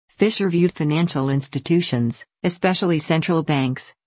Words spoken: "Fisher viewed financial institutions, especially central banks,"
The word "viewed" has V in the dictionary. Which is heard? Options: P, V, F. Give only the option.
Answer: V